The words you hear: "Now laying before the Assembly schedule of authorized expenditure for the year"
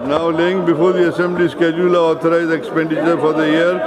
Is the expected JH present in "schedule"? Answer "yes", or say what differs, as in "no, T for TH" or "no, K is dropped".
yes